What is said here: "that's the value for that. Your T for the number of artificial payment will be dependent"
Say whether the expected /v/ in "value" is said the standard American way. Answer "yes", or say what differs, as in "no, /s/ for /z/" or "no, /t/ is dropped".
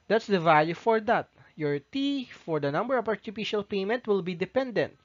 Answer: yes